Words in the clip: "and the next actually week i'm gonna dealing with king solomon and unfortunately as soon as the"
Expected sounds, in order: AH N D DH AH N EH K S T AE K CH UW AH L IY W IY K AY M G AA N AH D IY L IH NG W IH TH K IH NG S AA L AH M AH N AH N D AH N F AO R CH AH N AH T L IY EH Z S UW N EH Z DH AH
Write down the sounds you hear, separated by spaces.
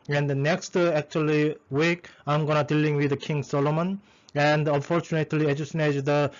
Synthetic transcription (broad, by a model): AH N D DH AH N EH K S T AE K CH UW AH L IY W IY K AY M G AA N AH D IY L IH NG W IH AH K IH NG S AA L AH M AH N AH N D AH N F AO R CH AH N AH T L IY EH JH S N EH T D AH